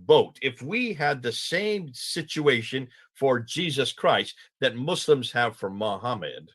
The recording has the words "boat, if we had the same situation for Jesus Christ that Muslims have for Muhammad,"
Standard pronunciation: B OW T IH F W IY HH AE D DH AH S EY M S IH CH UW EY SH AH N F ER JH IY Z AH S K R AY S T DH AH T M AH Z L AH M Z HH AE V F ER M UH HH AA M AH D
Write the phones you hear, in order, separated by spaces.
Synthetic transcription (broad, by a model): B OW T IH F W IY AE D DH AH S EY M S IH CH UW EY SH AH N F ER JH IY Z AH S K R AY S T DH AH T M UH S L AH M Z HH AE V F ER M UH HH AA M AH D